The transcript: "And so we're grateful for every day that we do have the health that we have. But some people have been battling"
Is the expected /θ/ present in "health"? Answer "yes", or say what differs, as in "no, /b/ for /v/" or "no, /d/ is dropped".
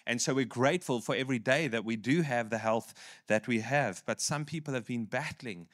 yes